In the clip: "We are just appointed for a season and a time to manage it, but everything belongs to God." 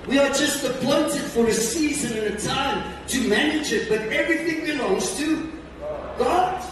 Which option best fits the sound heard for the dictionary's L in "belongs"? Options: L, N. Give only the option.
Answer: N